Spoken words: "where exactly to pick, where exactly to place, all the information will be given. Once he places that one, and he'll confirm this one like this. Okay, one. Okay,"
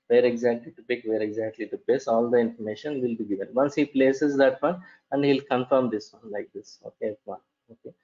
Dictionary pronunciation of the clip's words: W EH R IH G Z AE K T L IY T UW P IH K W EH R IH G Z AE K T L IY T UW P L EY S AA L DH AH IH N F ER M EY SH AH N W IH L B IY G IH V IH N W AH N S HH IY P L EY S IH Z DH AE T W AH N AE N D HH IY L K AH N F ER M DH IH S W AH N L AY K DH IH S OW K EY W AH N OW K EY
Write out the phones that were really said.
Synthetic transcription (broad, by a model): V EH R IH G Z AE K T L IY T UW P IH K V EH R IH G Z AE K T L IY T UW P EY S AA L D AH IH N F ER M EY SH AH N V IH L B IY G IH V IH N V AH N S HH IY P L EY S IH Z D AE T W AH N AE N D HH IY L K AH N F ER M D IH S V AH N L AY K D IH S OW K EY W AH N OW K EY